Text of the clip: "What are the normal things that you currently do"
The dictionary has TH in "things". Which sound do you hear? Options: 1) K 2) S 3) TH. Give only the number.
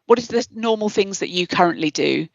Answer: 3